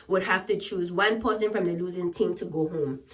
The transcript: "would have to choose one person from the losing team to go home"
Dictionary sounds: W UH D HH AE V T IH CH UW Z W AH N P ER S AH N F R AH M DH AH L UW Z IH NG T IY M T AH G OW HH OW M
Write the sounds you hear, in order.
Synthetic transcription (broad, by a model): W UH D HH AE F T IH CH UW Z W AH N P ER S AH N F R AH M DH AH L UW Z IH NG T IY M T AH G OW HH OW M